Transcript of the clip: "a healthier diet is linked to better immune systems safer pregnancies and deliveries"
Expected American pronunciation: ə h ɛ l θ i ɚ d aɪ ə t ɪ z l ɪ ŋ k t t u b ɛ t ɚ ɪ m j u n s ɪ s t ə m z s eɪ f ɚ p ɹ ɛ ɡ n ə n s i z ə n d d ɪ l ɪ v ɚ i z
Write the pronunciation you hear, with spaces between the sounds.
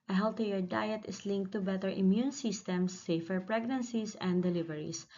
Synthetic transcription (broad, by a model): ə h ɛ l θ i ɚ d aɪ ə t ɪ s l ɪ ŋ k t t u b ɛ t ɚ ɪ m j u n s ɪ s t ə m s eɪ f ɚ p ɹ ɛ ɡ n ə n s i s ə n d d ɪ l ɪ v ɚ i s